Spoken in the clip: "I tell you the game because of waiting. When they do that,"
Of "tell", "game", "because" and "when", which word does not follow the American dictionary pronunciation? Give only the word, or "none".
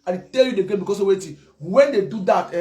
because